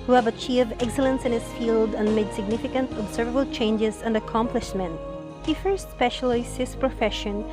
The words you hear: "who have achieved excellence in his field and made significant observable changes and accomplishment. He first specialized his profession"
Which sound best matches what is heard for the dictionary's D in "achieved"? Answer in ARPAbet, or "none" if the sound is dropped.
none